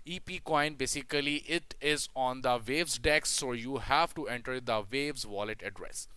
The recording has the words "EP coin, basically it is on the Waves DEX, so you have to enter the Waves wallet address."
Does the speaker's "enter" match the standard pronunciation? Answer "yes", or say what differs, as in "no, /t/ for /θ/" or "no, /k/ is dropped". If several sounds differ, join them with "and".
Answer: yes